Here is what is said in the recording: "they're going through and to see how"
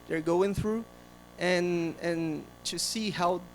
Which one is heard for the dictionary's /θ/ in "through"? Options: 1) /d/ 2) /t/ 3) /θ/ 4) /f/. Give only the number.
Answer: 3